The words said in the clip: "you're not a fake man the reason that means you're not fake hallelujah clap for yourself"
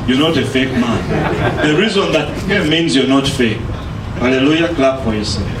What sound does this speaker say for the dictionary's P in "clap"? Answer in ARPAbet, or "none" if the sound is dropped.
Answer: B